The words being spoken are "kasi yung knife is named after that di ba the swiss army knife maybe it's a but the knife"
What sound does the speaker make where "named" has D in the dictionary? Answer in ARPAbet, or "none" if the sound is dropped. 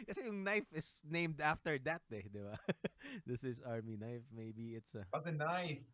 D